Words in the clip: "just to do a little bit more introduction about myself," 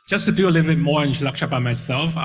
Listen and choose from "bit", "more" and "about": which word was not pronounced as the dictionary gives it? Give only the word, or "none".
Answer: about